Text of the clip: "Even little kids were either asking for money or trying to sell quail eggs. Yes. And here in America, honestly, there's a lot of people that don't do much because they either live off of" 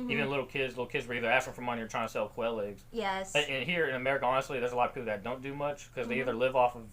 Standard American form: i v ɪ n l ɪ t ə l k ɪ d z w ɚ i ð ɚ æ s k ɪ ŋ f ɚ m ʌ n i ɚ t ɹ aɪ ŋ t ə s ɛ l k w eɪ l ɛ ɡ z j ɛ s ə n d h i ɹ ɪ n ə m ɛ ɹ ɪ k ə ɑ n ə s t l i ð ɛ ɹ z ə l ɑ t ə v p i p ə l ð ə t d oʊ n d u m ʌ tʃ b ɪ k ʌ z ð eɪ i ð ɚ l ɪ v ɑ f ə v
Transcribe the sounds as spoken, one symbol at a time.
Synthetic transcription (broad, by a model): i v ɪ n l ɪ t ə l k ɪ d z w ɚ i ð ɚ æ s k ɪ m f ɚ m ʌ n i ɚ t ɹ aɪ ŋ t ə s ɛ l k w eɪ l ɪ ɡ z j ɛ s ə n h i ɹ ɪ n ə m ɛ ɹ ɪ k ə ɑ n ə s t l i ð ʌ ɹ z ə l ɑ t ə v p i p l ð ə t d oʊ n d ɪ m ʌ tʃ k ʌ z ð eɪ i ð ɚ l ɪ v ɑ f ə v